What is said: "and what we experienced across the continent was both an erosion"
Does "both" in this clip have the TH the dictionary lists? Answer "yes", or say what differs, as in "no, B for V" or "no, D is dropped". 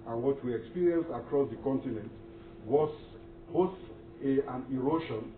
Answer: no, S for TH